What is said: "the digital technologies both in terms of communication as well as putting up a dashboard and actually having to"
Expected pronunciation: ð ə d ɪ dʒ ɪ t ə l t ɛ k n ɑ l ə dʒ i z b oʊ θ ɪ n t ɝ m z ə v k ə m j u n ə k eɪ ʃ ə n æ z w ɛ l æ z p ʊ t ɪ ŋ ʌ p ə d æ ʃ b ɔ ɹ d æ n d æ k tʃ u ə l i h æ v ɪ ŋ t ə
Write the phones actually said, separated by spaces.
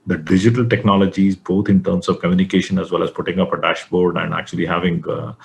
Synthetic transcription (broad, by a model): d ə d ɪ dʒ ɪ t ə l t ɛ k n ɑ l ə dʒ i z b oʊ t ɪ n t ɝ m s ə v k ə m j u n ə k eɪ ʃ ə n æ z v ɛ l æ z p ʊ t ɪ ŋ ʌ p ə d æ ʃ b ɔ ɹ d æ n d æ k tʃ u ə l i h æ v ɪ ŋ